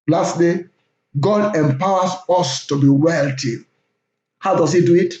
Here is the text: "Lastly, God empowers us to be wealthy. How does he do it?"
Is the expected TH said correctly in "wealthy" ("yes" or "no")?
no